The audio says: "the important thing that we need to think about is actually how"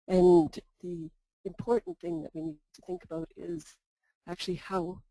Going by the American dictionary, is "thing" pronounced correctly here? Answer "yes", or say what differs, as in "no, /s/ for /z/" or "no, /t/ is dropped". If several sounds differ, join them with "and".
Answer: yes